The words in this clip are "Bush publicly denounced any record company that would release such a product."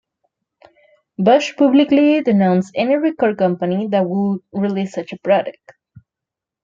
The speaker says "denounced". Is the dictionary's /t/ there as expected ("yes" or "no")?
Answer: no